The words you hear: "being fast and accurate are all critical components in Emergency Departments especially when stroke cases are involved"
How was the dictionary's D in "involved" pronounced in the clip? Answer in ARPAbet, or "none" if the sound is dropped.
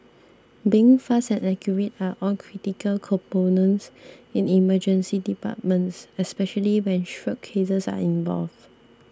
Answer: none